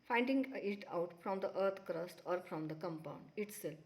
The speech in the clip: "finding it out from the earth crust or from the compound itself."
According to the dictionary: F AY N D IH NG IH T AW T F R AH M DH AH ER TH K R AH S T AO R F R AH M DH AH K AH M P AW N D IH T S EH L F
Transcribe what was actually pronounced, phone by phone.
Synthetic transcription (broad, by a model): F AY N D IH NG IH T AW T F R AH M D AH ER T K R AH S T AO R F R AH M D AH K AH M P AW N D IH T S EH L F